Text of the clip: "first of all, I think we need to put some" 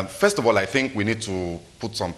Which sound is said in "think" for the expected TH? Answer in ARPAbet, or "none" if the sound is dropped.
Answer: TH